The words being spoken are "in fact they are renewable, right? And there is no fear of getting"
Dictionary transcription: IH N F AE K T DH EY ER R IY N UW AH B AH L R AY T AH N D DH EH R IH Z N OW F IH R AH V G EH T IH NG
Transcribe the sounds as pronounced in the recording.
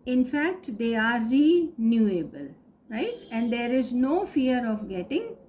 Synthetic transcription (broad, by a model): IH N F AE K T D EY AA R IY N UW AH B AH L R AY T AH N D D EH R IH Z N OW F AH R AH V G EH T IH NG